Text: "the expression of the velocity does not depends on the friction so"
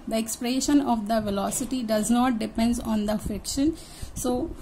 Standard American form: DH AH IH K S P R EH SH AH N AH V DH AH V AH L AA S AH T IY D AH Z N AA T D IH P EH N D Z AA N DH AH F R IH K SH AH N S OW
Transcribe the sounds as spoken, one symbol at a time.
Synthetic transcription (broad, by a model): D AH IH K S P R EH SH AH N AH V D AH V AH L AA S AH T IY D AH Z N AA T D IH P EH N D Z AA N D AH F IH K SH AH N S OW